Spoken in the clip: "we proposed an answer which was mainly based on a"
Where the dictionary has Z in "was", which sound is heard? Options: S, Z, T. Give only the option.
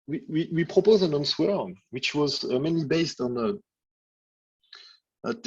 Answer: Z